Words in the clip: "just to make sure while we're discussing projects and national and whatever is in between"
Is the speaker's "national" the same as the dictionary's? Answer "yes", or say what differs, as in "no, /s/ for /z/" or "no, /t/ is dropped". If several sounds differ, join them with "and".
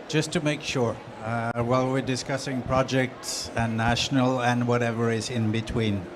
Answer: yes